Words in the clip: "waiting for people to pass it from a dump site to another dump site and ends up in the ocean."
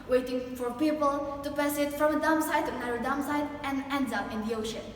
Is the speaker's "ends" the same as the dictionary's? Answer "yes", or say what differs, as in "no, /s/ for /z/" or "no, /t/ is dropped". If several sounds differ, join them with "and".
no, /z/ is dropped